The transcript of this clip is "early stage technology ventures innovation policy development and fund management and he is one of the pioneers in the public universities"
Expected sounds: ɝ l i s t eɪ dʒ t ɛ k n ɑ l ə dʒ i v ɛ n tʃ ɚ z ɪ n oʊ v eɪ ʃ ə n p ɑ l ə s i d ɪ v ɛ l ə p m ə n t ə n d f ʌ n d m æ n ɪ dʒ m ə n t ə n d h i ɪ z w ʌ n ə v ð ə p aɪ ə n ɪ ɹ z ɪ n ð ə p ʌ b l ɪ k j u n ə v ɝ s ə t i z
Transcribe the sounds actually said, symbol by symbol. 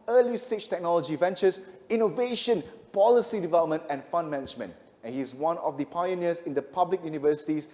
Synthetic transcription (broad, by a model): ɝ l i s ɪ tʃ t ɛ k n ɑ l ə dʒ i v ɛ n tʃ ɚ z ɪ n oʊ v eɪ ʃ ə n p ɑ l ə s i d ɪ v ɛ l ə p m ə n t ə n f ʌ n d m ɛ n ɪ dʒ m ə n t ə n h i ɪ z w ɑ n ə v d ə p aɪ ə n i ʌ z ɪ n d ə p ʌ b l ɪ k j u n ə v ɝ s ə t i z